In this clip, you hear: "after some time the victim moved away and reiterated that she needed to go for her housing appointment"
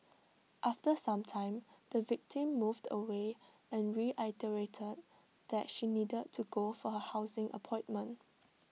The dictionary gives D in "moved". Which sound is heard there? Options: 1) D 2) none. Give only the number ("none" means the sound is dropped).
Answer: 1